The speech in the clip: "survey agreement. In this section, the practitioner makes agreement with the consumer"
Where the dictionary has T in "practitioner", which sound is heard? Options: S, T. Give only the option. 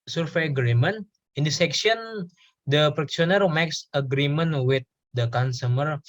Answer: S